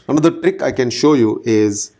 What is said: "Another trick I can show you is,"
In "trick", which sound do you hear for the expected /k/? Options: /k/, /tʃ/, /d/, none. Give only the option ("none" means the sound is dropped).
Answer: /k/